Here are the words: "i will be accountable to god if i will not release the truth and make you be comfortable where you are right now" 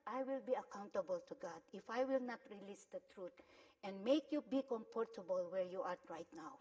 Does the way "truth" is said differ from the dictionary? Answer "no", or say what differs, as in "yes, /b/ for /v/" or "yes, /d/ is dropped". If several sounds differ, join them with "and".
yes, /t/ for /θ/